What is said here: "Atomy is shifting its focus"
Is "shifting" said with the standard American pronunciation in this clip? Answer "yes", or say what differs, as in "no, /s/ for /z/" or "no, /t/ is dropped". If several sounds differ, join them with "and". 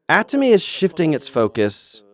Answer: yes